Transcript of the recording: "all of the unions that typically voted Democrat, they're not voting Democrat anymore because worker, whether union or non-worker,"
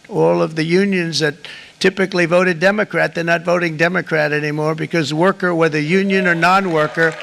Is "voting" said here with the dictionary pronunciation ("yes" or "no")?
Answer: yes